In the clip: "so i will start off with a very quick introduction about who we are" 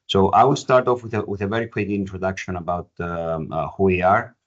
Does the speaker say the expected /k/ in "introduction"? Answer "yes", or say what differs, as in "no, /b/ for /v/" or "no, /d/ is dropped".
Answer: yes